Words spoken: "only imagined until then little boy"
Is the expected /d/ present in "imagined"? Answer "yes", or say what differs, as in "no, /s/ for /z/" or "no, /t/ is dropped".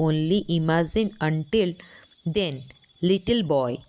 no, /d/ is dropped